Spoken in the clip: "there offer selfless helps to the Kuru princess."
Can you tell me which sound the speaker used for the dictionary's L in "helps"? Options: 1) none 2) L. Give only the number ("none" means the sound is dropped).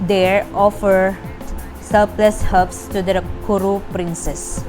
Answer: 1